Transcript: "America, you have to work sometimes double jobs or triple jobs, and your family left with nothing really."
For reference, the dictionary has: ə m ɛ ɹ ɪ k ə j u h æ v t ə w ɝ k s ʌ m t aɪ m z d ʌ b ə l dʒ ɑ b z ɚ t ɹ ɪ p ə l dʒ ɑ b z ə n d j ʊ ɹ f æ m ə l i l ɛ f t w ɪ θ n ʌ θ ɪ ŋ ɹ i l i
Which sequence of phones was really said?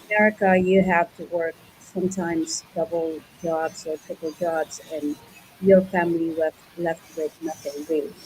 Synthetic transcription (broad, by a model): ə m ɛ ɹ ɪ k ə j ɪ h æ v t ə w ɝ k s ʌ m t aɪ m z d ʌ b l dʒ ɑ b z ɚ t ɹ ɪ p l dʒ ɑ b z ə n j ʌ ɹ f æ m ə w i l ɛ f t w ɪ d n ʌ θ ɪ ŋ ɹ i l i